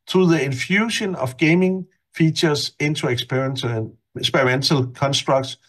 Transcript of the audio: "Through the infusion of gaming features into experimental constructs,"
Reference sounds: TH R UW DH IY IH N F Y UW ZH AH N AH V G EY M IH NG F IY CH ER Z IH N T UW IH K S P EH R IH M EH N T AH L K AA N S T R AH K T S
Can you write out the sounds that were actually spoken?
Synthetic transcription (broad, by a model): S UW DH IY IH N F Y UW SH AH N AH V G EY M IH NG F IY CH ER S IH N S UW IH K S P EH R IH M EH N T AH L K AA N S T R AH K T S